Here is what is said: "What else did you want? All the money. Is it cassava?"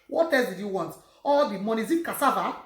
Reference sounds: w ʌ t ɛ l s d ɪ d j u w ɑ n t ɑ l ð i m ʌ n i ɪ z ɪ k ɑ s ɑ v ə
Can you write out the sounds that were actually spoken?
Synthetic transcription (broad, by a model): w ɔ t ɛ s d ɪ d j u w ɑ n t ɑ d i m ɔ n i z ɪ k ɑ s ɑ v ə